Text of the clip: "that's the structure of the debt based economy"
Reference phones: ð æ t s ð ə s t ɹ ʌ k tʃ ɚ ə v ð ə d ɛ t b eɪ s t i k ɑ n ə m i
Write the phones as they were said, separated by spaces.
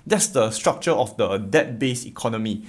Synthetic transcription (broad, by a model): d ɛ t s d ə s t ɹ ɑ k tʃ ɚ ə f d ə d ɛ t b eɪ s i k ɑ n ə m i